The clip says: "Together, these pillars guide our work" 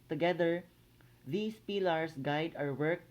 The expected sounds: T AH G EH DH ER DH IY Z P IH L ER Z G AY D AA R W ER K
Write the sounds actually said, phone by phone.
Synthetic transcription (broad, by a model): T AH G EH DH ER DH IY S P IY L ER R G AY D AA R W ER K